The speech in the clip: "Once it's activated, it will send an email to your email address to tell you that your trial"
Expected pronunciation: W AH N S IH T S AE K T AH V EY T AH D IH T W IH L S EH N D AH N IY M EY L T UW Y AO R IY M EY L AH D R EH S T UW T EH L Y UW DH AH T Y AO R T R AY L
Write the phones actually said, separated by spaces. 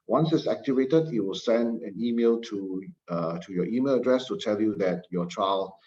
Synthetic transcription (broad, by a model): W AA N S IH T S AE K T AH V EY T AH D IH T W IH L S EH N D AH N IY M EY L T UW Y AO IY M EY L AH D R EH S T UW T EH L Y UW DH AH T Y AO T R AY L